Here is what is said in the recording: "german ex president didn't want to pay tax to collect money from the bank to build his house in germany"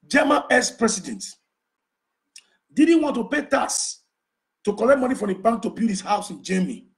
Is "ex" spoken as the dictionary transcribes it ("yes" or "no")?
no